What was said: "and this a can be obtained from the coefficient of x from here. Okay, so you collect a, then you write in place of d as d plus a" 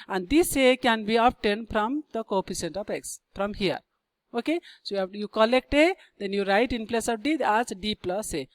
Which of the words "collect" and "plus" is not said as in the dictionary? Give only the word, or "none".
none